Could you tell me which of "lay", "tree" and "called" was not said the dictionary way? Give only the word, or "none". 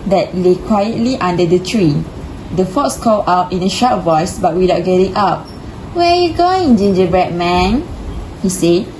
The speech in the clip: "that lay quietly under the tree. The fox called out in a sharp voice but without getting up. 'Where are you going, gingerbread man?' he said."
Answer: called